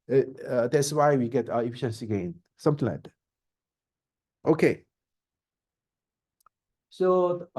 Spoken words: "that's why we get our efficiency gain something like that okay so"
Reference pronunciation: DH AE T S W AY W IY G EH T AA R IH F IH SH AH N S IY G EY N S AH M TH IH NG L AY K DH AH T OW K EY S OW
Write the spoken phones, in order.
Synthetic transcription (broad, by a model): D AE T S W AY W IY G EH T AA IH F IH SH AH N S IY G EY N S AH M T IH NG L AY K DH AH T OW K EY S OW